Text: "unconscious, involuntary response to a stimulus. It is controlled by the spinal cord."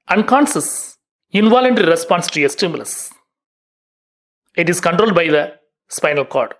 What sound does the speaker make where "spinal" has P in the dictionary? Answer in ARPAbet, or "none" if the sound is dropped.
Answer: P